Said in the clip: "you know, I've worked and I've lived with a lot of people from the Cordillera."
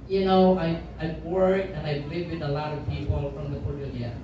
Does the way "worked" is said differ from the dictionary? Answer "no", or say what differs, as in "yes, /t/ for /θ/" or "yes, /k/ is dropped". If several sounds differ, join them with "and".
yes, /t/ is dropped